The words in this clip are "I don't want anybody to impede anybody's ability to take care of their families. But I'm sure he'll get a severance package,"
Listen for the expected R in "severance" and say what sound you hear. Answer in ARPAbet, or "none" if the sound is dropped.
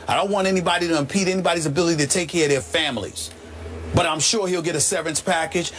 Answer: none